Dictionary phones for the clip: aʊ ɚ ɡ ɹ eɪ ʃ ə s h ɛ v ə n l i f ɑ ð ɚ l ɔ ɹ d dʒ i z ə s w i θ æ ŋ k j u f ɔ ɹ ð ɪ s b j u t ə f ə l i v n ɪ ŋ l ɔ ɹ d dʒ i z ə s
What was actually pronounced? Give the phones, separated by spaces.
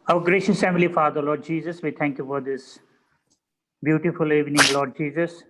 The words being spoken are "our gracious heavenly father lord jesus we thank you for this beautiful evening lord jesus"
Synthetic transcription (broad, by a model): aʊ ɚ ɡ ɹ eɪ ʃ ə s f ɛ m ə l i f ɑ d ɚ l ɔ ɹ d dʒ i z ə s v i t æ ŋ k j u f ɔ ɹ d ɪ s b j u t ə f ə l i v n ɪ ŋ l ɔ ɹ d dʒ i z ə s